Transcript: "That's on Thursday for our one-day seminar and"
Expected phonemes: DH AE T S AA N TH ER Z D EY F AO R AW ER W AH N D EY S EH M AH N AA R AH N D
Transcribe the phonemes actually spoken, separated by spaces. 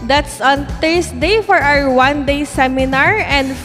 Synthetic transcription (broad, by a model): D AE T S AA N T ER S D EY F AO R AW ER W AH N D EY S EH M AH N AA R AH N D